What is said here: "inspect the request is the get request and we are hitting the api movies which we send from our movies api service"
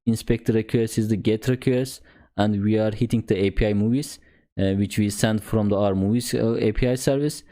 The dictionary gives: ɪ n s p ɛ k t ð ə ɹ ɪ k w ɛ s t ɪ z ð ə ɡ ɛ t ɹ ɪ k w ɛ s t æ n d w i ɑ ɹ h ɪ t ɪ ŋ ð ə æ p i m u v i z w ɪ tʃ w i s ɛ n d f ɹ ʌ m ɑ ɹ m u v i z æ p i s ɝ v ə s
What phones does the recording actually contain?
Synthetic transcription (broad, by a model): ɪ n s p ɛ k t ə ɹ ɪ k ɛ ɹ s ɪ z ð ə ɡ ɛ t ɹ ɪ k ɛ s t æ n d w i ɑ ɹ h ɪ t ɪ ŋ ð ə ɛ p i m u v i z w ɪ tʃ w i s ɛ n d f ɹ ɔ m ɑ ɹ m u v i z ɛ p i s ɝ v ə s